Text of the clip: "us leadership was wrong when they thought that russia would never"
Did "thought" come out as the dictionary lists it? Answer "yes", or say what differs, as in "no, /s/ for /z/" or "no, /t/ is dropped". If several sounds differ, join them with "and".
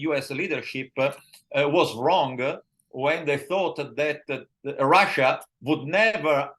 yes